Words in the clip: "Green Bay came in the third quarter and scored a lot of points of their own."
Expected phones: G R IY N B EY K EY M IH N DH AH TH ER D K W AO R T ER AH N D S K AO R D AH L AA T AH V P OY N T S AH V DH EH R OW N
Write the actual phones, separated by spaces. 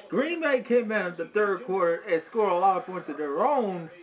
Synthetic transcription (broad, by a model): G R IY N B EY K EY M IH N DH AH TH ER D K W AO R T ER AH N S K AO R AH L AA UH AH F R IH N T AH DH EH R OW N